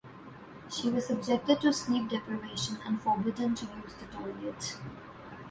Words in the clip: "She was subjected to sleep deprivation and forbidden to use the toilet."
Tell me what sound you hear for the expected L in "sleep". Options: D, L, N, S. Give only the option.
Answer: N